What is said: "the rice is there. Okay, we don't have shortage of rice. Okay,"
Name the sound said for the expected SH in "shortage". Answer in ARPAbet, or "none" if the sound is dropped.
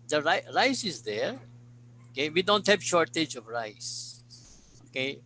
SH